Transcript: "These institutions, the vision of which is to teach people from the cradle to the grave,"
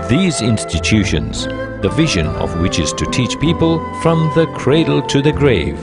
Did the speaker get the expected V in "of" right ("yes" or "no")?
yes